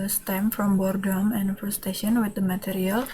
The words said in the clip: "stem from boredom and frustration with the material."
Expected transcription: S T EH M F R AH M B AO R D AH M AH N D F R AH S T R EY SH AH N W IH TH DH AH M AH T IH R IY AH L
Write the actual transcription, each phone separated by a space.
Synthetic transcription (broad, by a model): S T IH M F R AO M B AO R D AH M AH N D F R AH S T EY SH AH N W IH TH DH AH M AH T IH R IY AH L